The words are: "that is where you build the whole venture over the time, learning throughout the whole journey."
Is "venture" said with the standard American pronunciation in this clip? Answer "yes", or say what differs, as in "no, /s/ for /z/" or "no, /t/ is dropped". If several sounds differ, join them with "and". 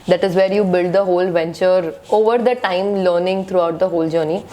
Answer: yes